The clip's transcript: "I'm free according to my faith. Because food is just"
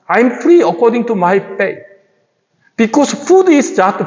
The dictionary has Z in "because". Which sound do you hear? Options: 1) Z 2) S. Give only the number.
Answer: 2